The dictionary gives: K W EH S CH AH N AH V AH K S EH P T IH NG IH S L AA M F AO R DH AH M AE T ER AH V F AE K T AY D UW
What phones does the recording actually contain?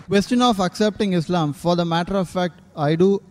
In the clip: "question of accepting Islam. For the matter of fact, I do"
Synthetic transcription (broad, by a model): K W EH S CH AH N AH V AH K S EH P T IH NG IH S L AA M F AO R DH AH M AE T ER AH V F AE K T AY D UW